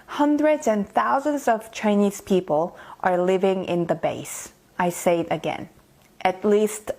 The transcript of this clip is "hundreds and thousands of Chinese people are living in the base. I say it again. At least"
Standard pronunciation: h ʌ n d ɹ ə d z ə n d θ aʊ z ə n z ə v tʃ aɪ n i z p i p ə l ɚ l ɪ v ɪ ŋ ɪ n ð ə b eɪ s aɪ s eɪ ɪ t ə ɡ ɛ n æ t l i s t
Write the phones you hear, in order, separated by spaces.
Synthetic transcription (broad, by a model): h ʌ n d ɹ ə d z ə n θ aʊ z ə n z ə v tʃ aɪ n i z p i p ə l ɚ l ɪ v ɪ ŋ ɪ n ð ə b eɪ s aɪ s eɪ ɪ t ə ɡ ɛ n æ t l i s t